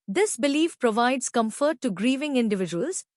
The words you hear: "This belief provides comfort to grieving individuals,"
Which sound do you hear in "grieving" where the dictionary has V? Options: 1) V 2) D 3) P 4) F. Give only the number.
1